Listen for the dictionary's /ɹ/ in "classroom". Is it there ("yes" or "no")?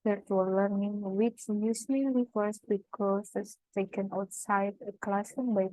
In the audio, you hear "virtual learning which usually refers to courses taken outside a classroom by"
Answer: no